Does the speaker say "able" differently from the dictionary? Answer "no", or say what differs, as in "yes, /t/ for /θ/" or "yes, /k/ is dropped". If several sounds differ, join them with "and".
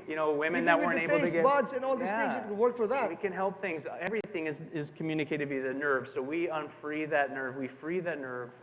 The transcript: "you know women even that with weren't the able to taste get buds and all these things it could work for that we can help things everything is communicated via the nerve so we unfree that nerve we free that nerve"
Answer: yes, /b/ is dropped